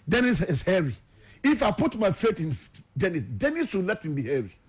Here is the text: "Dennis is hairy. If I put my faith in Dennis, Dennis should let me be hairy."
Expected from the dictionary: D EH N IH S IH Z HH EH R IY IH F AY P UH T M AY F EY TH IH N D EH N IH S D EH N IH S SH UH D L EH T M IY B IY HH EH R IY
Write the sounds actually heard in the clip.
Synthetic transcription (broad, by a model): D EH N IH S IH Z HH EH R IY IH F AY P UH T M AY F EY T IH N D EH N IH S D EH N IH S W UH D L EH T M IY B IY HH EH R IY